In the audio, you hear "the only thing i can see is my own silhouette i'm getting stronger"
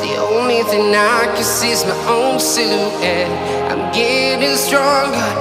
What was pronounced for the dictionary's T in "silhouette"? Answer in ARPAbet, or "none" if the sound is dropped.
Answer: none